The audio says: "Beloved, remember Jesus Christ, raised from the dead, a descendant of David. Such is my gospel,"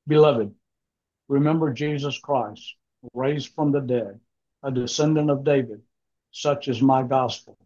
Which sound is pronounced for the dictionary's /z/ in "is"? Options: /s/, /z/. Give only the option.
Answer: /z/